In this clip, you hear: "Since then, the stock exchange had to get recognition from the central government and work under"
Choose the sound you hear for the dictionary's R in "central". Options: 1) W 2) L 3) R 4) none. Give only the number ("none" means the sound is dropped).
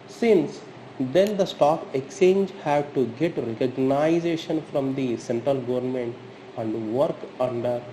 3